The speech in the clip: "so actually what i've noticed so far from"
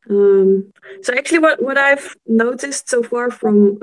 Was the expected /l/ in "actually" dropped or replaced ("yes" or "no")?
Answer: yes